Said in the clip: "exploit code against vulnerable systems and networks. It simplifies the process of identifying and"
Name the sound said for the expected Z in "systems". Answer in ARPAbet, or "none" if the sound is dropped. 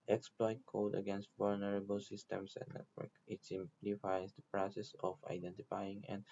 S